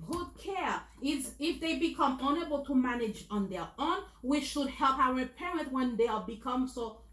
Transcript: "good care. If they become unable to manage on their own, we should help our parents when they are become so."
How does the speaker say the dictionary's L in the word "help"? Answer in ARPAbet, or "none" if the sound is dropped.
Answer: L